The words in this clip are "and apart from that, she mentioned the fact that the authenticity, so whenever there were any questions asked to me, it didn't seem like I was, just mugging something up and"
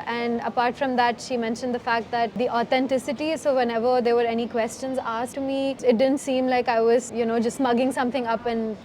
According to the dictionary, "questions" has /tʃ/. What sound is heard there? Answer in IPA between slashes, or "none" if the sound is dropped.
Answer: /tʃ/